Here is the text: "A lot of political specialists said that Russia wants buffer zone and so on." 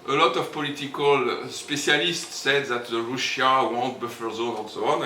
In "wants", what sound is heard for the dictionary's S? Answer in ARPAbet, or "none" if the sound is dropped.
none